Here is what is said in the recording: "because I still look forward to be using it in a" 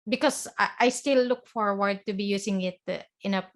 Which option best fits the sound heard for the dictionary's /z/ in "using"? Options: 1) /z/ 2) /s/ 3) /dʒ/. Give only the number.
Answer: 2